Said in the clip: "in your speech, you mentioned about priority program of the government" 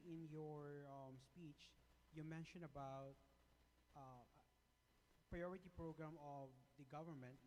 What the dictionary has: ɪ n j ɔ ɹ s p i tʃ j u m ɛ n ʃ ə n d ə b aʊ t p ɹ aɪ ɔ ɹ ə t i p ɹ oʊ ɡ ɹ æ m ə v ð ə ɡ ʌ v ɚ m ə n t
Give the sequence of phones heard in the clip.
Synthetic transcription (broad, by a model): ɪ n j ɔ ɹ s p i tʃ j u m ɛ n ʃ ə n ə b aʊ t p ɹ aɪ ɔ ɹ ə t i p ɹ oʊ ɡ ɹ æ m ə v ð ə ɡ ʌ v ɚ m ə n t